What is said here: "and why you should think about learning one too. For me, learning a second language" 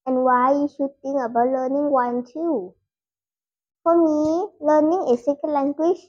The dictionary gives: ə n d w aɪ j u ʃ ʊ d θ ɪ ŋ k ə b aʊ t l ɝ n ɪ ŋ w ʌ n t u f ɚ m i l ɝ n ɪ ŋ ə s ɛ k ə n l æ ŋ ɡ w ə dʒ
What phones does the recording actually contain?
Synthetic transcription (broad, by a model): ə n w aɪ j u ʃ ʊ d t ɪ ŋ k ə b aʊ t l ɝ n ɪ ŋ w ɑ n t u f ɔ m i l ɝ n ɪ ŋ ə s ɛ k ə l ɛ ŋ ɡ w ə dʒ